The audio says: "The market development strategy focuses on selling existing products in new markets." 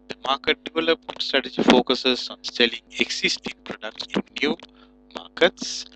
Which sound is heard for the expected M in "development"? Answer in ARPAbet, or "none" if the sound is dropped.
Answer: none